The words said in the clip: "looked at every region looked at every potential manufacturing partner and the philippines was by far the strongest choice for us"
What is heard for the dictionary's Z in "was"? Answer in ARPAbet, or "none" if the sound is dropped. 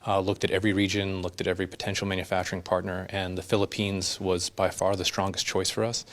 Z